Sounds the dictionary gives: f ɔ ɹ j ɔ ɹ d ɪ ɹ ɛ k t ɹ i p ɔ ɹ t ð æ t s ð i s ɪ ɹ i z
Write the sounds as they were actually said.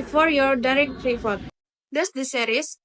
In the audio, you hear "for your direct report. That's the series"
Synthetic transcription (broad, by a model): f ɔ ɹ j ɔ ɹ d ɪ ɹ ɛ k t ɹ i f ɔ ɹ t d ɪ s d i s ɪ ɹ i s